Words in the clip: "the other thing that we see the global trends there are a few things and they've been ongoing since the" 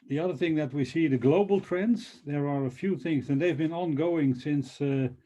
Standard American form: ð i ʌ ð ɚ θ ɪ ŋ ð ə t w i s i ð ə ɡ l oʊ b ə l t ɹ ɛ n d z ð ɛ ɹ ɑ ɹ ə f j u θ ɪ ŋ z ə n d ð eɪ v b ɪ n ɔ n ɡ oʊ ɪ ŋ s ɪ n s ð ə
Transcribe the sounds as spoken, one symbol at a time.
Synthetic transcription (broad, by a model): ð i ʌ ð ɚ θ ɪ ŋ ð ə t w i s i ð ə ɡ l oʊ b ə l t ɹ ɛ n d z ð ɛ ɹ ɑ ɹ ə f j u θ ɪ ŋ z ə n ð eɪ v b ɪ n ɔ n ɡ oʊ ɪ ŋ s ɪ n s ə